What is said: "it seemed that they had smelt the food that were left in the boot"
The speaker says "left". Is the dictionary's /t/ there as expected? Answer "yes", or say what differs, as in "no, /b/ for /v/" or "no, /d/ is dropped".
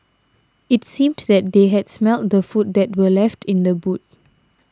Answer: yes